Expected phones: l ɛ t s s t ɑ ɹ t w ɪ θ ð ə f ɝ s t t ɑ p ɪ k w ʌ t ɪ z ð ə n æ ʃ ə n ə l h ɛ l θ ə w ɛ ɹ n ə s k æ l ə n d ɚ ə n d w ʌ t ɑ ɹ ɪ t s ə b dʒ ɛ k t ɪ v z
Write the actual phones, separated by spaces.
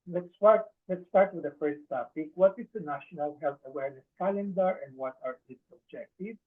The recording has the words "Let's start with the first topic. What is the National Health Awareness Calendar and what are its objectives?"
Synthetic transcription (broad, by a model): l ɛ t s s t ɑ ɹ t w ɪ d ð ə f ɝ s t t ɑ p ɪ k w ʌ t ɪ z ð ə n æ ʃ ə n ə l h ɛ l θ ə w ɛ ɹ n ə s k æ l ə n d ɚ ə n d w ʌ t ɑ ɹ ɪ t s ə b dʒ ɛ k t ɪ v